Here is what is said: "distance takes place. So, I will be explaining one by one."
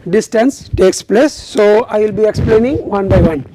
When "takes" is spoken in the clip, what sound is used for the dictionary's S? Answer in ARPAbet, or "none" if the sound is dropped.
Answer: S